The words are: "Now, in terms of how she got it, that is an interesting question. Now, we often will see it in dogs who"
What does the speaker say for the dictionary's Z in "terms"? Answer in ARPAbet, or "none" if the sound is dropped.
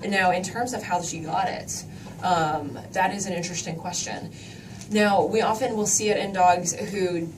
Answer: Z